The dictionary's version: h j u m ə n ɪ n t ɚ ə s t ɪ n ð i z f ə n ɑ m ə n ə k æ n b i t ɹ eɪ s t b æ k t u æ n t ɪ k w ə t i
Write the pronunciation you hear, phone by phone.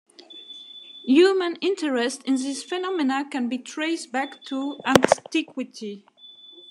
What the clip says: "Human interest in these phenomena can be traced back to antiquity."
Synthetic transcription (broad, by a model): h j u m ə n ɪ n t ɚ ə s t ɪ n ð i s f ə n ɑ m ə n ə k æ n b i t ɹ eɪ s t b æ k t u æ n t ɪ k w ə t i